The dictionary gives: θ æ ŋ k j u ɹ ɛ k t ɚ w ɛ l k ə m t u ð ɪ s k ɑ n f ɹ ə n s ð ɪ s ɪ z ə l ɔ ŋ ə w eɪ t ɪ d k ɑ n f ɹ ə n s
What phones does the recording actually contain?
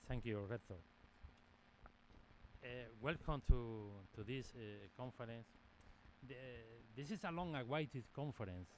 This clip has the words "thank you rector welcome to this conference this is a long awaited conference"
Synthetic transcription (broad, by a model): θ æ ŋ k j u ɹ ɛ t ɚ w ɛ l k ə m t u ð ɪ s k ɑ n f ɹ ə n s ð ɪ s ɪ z ə l ɔ ŋ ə w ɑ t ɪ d k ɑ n f ɹ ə n s